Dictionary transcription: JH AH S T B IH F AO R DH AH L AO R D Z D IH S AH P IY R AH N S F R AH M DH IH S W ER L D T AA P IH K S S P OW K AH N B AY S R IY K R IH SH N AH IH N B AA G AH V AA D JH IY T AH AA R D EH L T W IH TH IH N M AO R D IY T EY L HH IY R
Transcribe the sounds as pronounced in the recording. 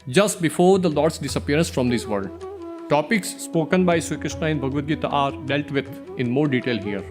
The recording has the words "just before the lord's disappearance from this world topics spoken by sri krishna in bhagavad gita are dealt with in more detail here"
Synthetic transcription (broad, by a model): JH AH S T B IH F AO R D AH L AO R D S D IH S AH P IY R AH N S F R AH M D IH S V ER D T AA P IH K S S P OW K AH N B AY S IY K R IH SH N AH IH N B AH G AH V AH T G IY T AA R D EH L T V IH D IH N M AO R D IY T EY L HH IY R